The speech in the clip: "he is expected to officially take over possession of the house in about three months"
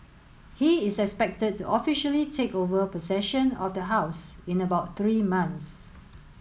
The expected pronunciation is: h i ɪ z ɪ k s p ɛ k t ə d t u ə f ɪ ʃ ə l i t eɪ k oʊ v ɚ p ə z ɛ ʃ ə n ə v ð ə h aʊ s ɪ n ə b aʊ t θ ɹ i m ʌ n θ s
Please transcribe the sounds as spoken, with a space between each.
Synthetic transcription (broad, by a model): h i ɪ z ɪ k s p ɛ k t ə d t u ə f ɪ ʃ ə l i t eɪ k oʊ v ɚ p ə s ɛ ʃ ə n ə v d ə h aʊ s ɪ n ə b aʊ t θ ɹ i m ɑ n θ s